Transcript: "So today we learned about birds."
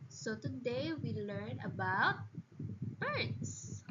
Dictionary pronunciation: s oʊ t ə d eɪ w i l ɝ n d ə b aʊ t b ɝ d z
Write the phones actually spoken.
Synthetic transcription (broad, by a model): s oʊ t ə d eɪ w i l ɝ n ə b aʊ t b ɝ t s